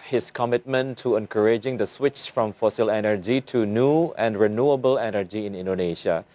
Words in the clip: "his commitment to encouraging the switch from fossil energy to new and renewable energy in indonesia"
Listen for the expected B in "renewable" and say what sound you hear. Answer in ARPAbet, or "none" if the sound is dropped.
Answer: B